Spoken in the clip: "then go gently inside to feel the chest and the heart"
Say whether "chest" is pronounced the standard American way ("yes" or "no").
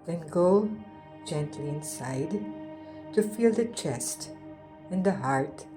yes